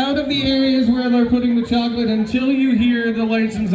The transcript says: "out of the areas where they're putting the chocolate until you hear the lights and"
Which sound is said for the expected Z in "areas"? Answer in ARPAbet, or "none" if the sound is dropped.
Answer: Z